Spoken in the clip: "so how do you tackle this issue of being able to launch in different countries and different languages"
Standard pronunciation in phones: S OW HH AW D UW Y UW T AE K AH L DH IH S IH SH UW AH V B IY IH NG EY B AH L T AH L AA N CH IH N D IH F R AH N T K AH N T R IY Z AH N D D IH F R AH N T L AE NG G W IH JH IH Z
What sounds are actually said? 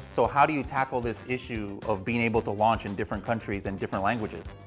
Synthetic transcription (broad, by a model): S OW HH AW D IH Y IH T AE K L DH IH S IH SH UW AH V B IY IH NG EY B L T AH L AA N CH IH N D IH F R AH N K AH N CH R IY Z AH N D D IH F R AH N T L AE NG G W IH JH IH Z